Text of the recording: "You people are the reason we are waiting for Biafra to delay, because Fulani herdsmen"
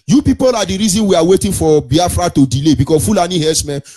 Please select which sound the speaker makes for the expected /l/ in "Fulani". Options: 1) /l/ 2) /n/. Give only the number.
1